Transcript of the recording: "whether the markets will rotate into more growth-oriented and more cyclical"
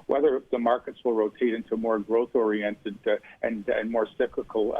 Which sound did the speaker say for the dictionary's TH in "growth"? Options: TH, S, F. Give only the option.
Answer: TH